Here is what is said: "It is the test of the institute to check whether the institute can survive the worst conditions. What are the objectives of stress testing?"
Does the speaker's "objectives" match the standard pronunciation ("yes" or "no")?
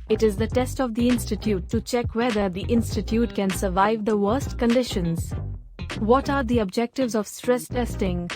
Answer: yes